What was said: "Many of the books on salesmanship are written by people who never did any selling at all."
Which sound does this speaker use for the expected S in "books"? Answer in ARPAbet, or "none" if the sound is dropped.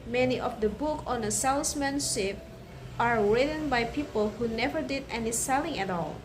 none